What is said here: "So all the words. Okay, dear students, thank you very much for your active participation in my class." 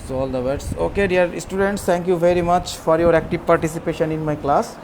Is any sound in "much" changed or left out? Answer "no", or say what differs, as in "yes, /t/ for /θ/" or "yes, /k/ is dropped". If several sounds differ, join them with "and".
no